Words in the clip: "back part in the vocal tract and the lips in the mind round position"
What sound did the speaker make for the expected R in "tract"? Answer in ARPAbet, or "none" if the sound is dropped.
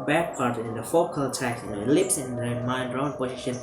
none